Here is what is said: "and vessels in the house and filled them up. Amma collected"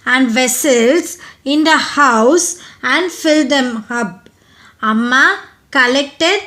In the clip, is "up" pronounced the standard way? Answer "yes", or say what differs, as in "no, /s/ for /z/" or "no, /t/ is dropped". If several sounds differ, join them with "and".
no, /b/ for /p/